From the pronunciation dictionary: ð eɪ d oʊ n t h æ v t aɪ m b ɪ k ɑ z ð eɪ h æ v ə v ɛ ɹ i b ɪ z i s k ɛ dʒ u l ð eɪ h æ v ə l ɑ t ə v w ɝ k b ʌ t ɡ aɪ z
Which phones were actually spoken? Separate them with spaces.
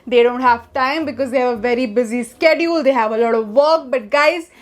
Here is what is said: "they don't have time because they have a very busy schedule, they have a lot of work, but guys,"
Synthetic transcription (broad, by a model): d eɪ d oʊ n t h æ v t aɪ m b ɪ k ɑ z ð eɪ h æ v ə v ɛ ɹ i b ɪ z i s k ɛ dʒ u l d eɪ h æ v ə l ɑ t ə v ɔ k b ʌ t ɡ aɪ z